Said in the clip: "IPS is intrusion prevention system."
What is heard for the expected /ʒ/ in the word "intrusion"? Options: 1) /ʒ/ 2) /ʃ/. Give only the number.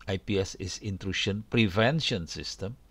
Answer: 2